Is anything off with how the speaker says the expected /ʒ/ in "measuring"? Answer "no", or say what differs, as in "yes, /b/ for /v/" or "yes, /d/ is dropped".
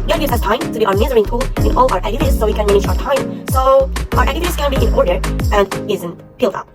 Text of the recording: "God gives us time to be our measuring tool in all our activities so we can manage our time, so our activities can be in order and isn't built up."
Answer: yes, /z/ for /ʒ/